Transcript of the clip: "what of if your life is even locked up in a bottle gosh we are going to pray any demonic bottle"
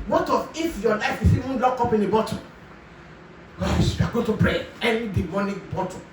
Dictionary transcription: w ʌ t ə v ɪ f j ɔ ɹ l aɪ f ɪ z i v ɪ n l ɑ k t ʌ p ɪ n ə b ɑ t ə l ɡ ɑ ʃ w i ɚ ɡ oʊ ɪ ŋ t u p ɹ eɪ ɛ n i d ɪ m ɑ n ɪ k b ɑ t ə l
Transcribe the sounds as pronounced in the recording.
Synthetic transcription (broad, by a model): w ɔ t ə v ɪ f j ɔ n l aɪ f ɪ s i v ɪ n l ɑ k ɔ p ɪ n ə b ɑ t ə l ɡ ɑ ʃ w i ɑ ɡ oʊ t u p ɹ eɪ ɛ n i d ɪ m ɑ n ɪ k b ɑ t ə